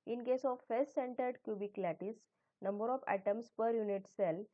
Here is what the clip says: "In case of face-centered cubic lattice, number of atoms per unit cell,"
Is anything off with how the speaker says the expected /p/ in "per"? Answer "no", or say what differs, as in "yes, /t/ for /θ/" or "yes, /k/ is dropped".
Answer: no